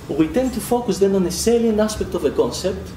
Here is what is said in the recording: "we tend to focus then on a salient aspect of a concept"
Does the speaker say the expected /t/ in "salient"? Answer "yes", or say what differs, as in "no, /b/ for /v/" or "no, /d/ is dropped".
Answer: no, /t/ is dropped